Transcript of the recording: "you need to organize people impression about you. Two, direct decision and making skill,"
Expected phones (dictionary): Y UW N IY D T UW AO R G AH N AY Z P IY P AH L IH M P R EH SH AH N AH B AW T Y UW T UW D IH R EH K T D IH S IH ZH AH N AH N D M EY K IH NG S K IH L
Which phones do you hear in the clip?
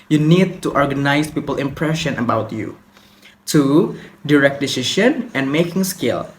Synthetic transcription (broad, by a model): Y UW N IY D T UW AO R G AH N AY S P IY P AH L IH M P R EH SH AH N AH B AW T Y UW T UW D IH R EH K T D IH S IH SH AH N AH N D M EY K IH NG S K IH L